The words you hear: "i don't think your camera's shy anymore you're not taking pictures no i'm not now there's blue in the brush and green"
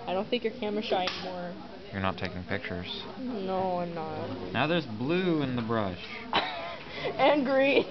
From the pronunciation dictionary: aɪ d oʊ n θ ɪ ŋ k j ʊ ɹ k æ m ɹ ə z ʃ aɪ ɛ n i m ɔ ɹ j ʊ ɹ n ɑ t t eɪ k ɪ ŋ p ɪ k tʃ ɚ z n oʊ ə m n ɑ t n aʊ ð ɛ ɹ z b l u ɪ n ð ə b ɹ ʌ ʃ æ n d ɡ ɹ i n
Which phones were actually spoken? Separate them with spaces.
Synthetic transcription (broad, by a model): aɪ d oʊ n θ ɪ ŋ k j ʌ ɹ k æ m ə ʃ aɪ ɛ n i m ɔ ɹ j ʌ ɹ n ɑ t t eɪ k ɪ ŋ p ɪ k tʃ ɚ z n oʊ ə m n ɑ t n aʊ ð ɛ ɹ z b l u ɪ n ð ə b ɹ ʌ ʃ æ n ɡ ɹ i